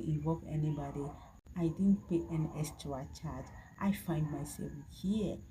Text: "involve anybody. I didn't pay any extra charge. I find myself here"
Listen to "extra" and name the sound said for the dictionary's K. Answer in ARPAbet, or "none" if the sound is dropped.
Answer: none